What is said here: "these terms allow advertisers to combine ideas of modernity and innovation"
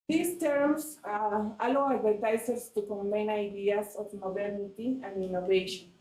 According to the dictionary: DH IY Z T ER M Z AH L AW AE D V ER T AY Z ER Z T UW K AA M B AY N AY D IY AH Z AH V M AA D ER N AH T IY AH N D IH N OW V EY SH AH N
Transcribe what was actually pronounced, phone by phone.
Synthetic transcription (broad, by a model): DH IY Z T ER M S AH L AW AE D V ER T AY S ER S T UW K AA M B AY N AY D IY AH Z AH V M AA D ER N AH T IY AH N D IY N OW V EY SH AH N